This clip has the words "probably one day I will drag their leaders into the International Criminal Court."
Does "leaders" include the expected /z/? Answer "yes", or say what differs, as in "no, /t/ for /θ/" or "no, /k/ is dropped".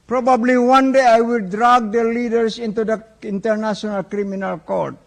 no, /s/ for /z/